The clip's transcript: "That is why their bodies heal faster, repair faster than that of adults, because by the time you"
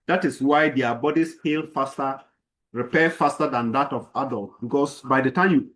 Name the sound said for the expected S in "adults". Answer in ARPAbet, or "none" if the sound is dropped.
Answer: none